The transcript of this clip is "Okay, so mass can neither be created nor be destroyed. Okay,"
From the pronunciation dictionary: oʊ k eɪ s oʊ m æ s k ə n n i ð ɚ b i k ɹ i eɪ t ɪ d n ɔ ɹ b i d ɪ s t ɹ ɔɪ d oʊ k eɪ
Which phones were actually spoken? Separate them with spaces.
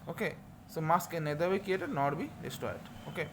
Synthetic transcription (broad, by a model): oʊ k eɪ s oʊ m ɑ s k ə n n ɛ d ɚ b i k i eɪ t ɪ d n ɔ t b i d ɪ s t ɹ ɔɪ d oʊ k eɪ